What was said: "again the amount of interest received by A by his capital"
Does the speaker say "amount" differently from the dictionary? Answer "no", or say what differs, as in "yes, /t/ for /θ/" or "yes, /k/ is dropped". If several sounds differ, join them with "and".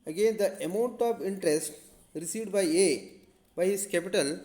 no